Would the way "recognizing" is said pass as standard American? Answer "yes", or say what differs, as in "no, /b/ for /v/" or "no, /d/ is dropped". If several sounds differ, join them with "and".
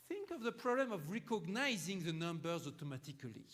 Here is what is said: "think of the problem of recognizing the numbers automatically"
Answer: yes